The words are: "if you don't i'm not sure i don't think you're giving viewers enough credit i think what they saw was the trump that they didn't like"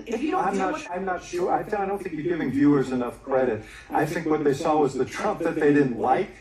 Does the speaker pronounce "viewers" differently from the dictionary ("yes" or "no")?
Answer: no